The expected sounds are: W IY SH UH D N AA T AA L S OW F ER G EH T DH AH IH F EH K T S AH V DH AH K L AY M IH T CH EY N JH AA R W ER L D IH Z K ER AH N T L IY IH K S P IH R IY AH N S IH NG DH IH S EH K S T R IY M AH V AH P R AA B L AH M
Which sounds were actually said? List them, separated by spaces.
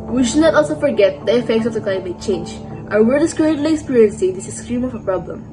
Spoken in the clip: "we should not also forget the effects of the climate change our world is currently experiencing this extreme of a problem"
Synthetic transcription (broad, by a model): W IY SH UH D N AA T AA L S OW F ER G EH T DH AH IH F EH K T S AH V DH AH K L AY M IH T CH EY N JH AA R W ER D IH S K ER AH N T L IY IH K S P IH R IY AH N S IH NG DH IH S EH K S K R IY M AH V AH P R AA B L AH M